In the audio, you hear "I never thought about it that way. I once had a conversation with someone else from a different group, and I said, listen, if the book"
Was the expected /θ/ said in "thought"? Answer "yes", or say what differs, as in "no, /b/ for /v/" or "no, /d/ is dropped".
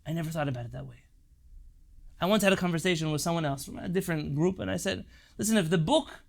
yes